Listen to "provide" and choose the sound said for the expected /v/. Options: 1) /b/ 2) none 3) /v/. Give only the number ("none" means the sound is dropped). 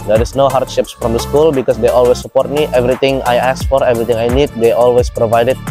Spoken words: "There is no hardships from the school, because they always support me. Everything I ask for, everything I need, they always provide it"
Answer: 3